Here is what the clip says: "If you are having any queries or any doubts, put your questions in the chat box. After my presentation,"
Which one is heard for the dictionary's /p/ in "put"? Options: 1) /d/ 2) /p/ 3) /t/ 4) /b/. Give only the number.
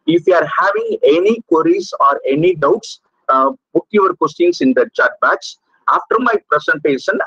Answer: 4